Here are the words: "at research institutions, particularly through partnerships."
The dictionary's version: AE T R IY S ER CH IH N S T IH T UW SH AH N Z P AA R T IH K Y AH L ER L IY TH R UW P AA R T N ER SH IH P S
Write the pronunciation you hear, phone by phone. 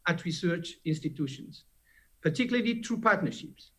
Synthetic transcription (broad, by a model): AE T R IY S ER CH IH N S T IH T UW SH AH N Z P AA R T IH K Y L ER IY T R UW P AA R T N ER SH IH P S